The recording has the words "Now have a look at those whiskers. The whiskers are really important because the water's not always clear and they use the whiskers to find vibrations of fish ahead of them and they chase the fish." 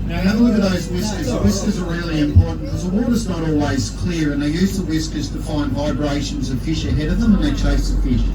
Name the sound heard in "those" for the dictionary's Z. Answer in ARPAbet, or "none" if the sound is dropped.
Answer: Z